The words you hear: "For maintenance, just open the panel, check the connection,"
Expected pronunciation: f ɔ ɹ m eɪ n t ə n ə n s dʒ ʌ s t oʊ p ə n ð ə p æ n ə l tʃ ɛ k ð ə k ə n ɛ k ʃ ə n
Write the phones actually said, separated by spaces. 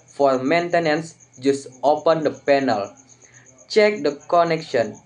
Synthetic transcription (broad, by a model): f ɔ ɹ m eɪ n t ə n ə n s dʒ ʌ s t oʊ p ə n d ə p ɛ n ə l tʃ ɛ k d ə k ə n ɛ k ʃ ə n